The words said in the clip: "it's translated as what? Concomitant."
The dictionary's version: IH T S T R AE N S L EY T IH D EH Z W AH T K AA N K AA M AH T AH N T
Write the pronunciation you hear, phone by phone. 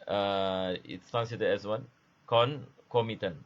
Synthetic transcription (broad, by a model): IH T S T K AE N S IY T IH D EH S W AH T K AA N K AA M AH T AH N